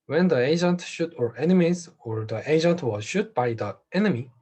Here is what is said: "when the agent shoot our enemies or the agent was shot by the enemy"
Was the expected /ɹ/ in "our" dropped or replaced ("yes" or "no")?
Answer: no